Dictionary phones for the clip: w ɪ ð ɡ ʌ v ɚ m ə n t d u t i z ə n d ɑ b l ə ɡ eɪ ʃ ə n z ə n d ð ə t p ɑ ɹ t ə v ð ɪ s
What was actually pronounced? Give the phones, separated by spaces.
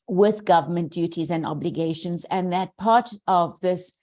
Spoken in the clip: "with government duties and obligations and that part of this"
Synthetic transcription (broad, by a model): w ɪ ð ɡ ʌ v ɚ m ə n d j u t i z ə n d ɑ b l ə ɡ eɪ ʃ ə n z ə n ð ə t p ɑ ɹ t ə v ð ɪ s